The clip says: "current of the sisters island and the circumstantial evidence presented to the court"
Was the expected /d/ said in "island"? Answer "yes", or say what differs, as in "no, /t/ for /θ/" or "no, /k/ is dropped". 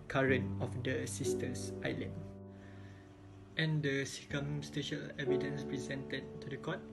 no, /d/ is dropped